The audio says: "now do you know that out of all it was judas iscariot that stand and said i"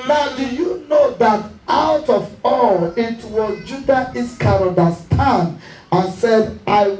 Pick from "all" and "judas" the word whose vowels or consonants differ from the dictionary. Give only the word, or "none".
judas